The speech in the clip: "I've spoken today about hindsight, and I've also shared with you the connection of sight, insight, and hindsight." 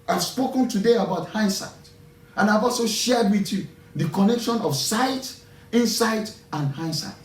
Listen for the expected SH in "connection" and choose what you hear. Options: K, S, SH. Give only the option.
SH